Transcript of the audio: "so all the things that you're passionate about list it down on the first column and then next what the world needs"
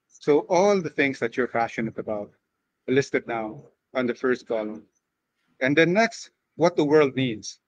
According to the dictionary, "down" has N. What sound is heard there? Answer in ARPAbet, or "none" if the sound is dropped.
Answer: none